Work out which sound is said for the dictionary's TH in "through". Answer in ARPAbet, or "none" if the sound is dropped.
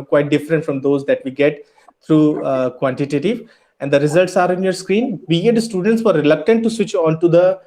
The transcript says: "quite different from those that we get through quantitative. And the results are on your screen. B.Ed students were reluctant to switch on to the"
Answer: T